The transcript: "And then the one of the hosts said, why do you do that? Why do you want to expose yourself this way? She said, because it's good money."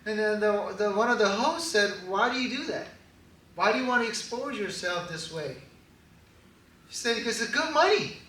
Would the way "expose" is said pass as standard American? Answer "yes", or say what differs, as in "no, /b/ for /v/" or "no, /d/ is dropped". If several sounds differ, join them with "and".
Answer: yes